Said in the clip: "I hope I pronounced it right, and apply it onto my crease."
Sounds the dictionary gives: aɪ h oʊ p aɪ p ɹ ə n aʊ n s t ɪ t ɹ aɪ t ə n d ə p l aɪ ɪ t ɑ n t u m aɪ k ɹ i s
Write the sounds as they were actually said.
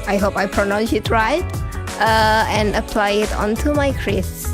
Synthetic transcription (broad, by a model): aɪ h oʊ p aɪ p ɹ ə n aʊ n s ɪ t ɹ aɪ t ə n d ə p l aɪ ɪ t ɑ n t u m aɪ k ɹ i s